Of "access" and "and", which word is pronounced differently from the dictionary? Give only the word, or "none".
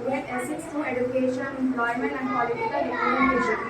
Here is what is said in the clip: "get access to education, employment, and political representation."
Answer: access